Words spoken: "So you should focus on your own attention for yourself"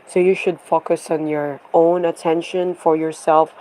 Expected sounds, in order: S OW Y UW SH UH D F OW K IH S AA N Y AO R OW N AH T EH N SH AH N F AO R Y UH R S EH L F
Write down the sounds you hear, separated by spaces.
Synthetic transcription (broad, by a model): S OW Y UW SH UH D F OW K IH S AA N Y AO R OW N AH T EH N SH AH N F AO R Y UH R S EH L F